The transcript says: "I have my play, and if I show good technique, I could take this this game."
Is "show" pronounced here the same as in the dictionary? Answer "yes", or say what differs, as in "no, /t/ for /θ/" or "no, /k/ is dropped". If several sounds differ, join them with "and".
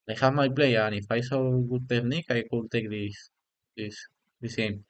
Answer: no, /s/ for /ʃ/